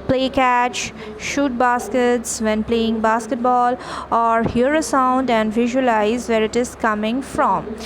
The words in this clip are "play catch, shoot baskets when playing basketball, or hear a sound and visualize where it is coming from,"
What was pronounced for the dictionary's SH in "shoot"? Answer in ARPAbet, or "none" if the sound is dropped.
SH